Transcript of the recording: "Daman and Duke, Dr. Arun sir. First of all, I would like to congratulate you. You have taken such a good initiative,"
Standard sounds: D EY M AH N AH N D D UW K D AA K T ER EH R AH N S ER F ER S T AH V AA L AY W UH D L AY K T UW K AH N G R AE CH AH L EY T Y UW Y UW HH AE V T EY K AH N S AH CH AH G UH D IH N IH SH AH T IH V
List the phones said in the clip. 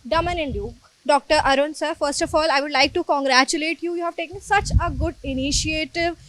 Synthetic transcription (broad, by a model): D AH M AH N AH N D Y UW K D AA K T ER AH R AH N S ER F ER S T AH F AA L AY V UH D L AY K T UW K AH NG G R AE CH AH L EY T Y UW Y UW HH AE V T EY K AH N S AH CH AH G UH D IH N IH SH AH T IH V